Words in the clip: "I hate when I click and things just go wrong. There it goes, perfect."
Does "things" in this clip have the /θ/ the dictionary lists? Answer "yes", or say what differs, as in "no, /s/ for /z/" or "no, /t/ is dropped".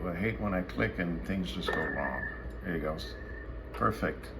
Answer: yes